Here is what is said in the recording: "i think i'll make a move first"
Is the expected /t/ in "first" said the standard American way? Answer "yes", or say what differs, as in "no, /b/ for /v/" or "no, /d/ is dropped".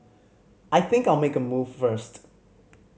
yes